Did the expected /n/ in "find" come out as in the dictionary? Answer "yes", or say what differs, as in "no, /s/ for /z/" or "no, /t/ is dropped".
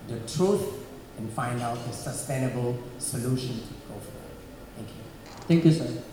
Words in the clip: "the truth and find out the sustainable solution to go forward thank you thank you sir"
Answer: yes